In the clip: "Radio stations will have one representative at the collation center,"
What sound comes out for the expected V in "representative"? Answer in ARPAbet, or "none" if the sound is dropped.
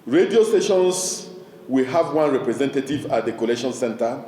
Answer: V